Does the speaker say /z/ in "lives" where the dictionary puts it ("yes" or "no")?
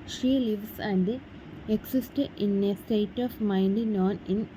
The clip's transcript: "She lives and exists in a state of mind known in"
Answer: no